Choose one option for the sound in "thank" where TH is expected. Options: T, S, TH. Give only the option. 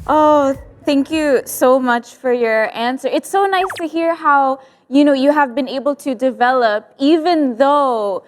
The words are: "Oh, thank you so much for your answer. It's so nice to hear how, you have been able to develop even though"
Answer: TH